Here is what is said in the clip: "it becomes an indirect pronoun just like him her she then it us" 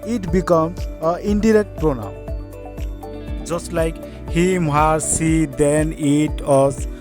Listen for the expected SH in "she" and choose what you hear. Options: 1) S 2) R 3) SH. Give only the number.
1